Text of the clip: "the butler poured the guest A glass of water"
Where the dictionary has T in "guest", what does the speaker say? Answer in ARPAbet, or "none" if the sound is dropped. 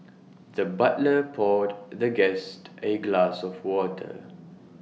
T